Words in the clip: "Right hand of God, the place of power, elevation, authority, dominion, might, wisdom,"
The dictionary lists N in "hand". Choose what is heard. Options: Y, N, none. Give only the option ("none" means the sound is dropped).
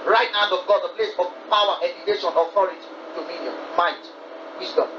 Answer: none